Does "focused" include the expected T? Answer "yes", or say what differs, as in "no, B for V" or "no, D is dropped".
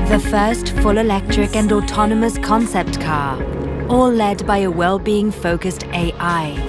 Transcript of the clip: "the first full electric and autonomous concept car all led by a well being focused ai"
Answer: yes